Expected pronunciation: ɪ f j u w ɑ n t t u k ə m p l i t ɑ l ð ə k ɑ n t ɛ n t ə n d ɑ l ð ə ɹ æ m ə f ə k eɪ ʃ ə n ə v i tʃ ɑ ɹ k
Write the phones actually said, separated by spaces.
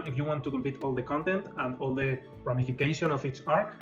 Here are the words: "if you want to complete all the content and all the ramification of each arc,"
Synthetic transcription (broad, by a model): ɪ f j u w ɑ n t t u k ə m p i t ɑ l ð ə k ɑ n t ɛ n t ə n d ɑ l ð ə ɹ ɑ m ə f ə k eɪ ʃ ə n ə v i s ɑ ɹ